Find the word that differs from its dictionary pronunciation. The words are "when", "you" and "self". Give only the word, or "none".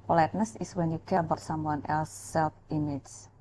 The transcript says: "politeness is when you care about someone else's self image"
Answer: none